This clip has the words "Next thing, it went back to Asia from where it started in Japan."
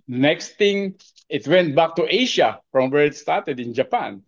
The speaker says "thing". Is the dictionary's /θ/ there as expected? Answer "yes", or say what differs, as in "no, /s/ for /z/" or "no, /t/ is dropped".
no, /t/ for /θ/